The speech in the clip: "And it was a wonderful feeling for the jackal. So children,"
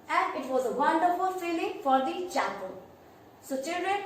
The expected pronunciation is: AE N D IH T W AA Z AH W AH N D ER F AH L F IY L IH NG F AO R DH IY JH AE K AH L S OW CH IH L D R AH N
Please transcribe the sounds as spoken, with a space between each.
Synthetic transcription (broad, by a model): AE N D IH T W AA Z AH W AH N D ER F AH L F IY L IH NG F AO R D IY CH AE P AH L S OW CH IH L D R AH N